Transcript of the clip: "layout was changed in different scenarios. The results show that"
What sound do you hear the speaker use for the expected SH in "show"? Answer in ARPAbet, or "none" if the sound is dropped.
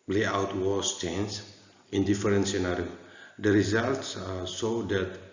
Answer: S